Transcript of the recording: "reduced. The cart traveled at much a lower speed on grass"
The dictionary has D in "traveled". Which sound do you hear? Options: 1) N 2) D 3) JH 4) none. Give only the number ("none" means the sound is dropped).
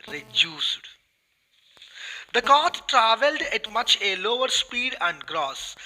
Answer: 2